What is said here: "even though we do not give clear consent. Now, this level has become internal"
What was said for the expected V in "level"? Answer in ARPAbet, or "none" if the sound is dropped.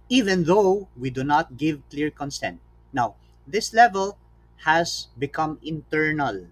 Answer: V